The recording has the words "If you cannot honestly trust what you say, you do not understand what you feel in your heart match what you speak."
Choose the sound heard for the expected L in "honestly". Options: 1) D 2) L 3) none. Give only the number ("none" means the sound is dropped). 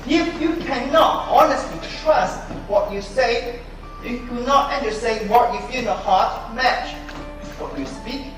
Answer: 2